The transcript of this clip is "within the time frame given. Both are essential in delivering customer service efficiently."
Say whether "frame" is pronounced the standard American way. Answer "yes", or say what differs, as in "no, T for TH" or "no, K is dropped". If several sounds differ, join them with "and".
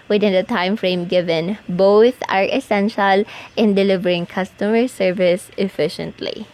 yes